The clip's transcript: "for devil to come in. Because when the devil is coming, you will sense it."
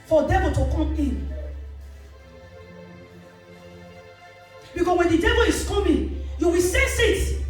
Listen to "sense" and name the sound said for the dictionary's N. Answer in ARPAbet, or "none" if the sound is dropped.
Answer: none